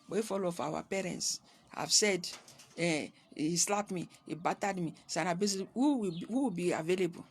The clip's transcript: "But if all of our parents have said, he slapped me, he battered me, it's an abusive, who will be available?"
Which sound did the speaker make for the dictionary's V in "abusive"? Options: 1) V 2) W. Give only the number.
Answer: 2